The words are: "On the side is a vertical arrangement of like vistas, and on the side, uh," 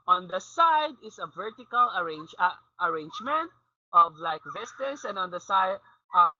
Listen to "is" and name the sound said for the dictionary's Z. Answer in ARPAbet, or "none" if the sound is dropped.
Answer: S